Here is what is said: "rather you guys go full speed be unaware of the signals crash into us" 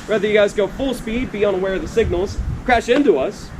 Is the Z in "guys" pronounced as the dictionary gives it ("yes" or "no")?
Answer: yes